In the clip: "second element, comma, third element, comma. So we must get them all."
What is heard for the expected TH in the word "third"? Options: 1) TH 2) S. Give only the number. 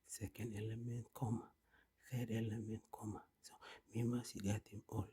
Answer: 2